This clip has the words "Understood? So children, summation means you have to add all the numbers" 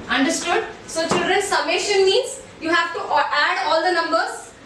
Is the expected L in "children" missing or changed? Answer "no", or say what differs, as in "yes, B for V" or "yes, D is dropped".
no